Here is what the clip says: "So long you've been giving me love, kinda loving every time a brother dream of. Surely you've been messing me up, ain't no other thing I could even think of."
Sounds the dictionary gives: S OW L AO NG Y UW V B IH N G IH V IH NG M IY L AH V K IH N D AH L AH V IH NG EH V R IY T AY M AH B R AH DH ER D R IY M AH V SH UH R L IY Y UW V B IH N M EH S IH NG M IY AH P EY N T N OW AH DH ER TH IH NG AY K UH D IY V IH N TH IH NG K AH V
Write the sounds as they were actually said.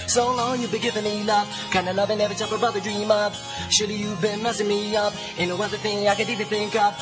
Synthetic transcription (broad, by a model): S OW L AO NG Y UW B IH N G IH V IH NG M IY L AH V K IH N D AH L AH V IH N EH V IY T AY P AH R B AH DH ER D R IY M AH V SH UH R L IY Y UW B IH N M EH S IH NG M IY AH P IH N N OW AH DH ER TH IH NG AY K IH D IY V IH N TH IH NG K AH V